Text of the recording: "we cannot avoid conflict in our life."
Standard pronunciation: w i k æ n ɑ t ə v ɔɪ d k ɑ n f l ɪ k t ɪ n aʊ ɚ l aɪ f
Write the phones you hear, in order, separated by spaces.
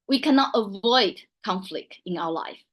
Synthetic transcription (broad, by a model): w i k æ n ɑ t ə v ɔɪ d k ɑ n f l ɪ k t ɪ n aʊ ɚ l aɪ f